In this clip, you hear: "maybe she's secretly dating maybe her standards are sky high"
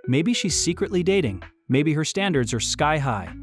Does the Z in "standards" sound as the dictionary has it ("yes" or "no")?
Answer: yes